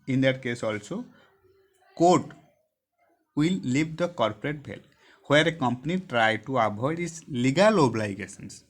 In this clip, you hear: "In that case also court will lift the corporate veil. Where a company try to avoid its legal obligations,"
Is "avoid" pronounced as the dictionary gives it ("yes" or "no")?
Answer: no